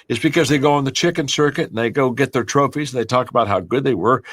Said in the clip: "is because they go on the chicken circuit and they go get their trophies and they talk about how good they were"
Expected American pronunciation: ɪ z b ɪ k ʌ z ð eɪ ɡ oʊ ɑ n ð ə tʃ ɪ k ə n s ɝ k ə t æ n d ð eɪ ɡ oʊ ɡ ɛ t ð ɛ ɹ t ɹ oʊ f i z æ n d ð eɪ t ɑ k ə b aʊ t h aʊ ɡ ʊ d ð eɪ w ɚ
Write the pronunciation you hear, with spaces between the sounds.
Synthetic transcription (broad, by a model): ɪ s b ɪ k ʌ z ð eɪ ɡ oʊ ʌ n ð ə tʃ ɪ k ə n s ɝ k ə t n ð eɪ ɡ oʊ ɡ ɛ t ð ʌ ɹ t ɹ oʊ f i z n ð eɪ t ɑ k ə b aʊ t h aʊ ɡ ʊ d ð eɪ w ɚ